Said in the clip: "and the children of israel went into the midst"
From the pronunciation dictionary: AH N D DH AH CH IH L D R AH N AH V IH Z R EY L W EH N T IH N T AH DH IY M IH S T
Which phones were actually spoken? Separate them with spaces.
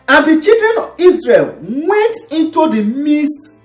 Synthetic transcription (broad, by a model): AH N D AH CH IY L D R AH N AH V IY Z R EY L W EH N T IH N T AH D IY M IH S T